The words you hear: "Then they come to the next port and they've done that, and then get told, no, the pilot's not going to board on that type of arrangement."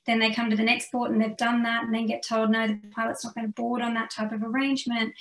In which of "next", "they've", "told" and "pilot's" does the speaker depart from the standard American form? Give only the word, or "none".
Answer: none